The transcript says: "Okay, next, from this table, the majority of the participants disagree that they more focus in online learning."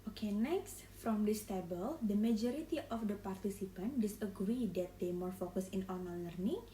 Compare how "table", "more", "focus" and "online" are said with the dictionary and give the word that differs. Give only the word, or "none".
online